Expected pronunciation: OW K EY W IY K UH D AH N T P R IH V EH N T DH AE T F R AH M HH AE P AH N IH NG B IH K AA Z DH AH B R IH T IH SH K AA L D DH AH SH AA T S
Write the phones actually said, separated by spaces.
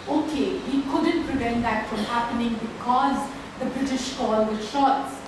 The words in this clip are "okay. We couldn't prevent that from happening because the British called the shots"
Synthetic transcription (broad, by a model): OW K EY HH IY K UH D AH N T P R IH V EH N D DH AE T F R AH M HH AE P AH N IH NG B IH K AA Z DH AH B R IH T IH SH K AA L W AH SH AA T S